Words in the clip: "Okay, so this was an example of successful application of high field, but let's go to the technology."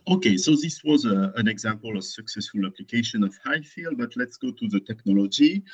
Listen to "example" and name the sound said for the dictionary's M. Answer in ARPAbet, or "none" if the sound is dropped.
M